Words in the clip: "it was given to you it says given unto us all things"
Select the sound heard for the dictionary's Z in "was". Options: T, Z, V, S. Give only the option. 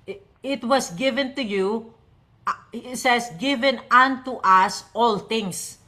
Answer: S